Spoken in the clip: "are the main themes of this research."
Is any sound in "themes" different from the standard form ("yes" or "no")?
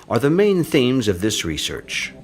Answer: no